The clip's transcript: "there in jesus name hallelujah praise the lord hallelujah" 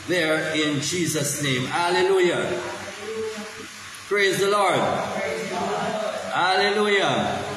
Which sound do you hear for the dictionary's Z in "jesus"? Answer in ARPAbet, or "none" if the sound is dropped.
Z